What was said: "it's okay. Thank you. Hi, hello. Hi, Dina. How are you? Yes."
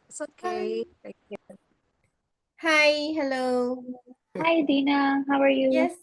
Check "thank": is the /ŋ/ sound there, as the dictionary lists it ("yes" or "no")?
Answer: no